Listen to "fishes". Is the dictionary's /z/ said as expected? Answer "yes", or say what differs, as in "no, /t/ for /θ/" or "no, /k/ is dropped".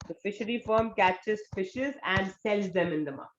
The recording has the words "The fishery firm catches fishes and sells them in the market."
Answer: yes